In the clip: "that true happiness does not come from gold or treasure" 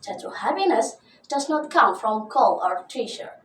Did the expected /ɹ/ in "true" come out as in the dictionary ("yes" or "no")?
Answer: no